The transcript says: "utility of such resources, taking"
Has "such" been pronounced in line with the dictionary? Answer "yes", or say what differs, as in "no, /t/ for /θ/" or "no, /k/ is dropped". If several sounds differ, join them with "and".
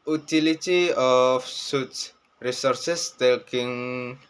no, /s/ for /tʃ/